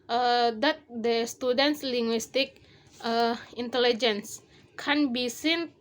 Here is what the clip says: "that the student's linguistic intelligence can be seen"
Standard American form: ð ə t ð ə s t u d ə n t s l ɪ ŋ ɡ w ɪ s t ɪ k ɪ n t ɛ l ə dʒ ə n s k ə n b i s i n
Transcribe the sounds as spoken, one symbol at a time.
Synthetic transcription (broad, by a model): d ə t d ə s t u d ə n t s l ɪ ŋ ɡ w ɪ s t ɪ k ɪ n t ɛ l ə dʒ ə n s k ə n b i s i n